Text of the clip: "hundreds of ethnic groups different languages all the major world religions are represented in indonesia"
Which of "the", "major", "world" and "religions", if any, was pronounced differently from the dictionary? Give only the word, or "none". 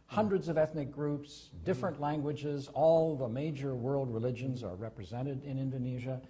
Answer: none